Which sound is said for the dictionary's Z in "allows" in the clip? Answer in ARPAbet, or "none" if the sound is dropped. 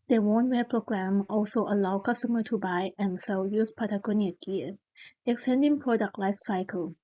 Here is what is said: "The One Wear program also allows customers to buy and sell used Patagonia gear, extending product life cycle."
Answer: none